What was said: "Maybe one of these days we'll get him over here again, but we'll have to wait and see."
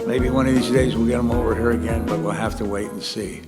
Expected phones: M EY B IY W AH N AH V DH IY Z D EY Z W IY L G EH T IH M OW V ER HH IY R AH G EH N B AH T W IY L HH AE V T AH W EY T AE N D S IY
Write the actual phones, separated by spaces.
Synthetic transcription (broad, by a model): M EY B IY W AH N AH V DH IY Z D EY Z W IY L G EH T IH M OW V ER HH IY R AH G EH N B AH T W IY L HH AE F T AH W EY T N S IY